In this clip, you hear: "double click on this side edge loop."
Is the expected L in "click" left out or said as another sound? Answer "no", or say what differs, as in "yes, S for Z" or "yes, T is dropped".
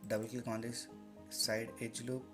yes, L is dropped